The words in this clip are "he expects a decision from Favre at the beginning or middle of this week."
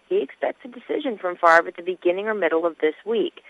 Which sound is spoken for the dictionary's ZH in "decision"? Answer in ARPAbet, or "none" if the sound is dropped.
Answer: ZH